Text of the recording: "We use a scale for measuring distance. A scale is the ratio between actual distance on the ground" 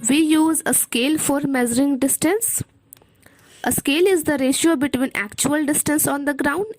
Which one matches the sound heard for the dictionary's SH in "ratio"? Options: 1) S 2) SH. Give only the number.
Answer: 2